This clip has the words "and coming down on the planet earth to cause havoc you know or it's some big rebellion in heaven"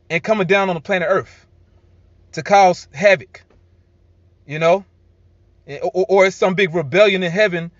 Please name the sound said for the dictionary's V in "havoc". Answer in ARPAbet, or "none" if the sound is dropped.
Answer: V